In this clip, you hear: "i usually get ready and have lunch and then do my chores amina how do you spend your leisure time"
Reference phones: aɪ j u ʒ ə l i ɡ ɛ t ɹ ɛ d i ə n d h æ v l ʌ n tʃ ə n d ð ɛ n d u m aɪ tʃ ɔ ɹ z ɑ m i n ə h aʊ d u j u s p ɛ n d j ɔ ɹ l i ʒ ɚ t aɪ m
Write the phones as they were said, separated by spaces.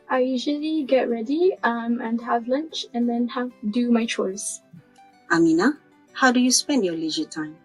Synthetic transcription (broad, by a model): aɪ j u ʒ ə l i ɡ ɛ t ɹ ɛ d i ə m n h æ v l ʌ n tʃ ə n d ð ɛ n d u m aɪ tʃ ɔ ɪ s ɑ m i n ə h aʊ d u j u s p ɛ n d j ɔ l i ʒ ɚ t aɪ m